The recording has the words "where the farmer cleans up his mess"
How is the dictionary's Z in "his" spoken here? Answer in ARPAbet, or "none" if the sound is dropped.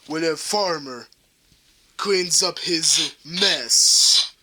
Z